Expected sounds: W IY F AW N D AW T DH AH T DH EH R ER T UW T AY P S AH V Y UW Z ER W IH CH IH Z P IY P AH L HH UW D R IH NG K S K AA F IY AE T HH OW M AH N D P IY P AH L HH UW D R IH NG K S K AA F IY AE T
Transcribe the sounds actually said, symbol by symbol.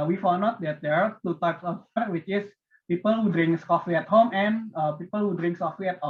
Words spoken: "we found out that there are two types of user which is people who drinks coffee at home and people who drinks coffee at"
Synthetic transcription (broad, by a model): W IY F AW N AO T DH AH T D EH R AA T UW T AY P S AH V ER W IH CH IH S P IY P AH L HH UW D R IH NG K S K AA F IY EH T HH OW M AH N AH P IY P AH L HH UW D R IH NG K S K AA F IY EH T